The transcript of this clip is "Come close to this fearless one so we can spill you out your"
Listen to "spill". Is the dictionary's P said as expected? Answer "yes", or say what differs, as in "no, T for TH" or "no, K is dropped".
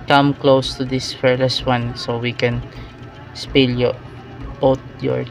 yes